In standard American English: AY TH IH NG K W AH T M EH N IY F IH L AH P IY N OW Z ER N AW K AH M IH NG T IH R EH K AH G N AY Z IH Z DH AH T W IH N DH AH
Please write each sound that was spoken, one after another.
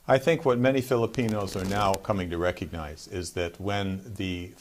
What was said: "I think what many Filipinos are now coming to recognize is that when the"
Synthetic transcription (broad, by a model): AY TH IH NG K W AH T M EH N IY F IH L AH P IY N OW Z ER N AW K AH M IH NG T IH R EH K AH G N AY Z IH Z DH AH T W IH N DH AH